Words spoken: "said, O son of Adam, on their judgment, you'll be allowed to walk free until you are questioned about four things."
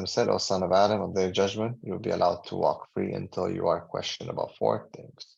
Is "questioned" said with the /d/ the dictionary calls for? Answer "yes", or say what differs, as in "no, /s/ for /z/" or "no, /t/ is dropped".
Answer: no, /d/ is dropped